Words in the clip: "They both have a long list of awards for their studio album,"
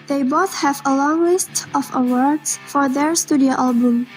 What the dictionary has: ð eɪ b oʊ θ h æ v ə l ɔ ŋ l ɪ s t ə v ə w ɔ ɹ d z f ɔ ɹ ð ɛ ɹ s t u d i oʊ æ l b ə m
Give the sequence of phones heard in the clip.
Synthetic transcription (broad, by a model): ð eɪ b oʊ θ h æ v ə l ɔ ŋ l ɪ s t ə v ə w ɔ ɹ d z f ɔ ɹ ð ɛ ɹ s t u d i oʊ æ l b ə m